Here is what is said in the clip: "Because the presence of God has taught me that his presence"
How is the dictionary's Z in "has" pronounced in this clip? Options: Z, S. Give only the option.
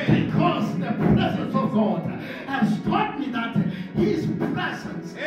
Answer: S